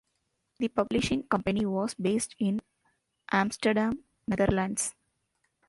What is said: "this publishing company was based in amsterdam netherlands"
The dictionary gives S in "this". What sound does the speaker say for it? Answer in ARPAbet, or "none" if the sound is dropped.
none